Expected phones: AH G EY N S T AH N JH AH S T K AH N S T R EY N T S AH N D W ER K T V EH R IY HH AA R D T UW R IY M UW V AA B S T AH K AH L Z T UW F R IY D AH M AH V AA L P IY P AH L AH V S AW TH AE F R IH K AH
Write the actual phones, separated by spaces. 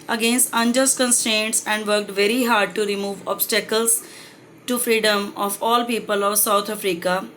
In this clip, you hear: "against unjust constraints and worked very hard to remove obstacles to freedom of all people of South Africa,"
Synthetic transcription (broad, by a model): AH G EY N S T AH N JH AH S K AH N S T R EY N T S AH N D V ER K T V EH R IY HH AA R D T UW R IY M UW V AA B S T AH K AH L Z T UW F R IY D AH M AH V AA L P IY P AH L AH V S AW T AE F R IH K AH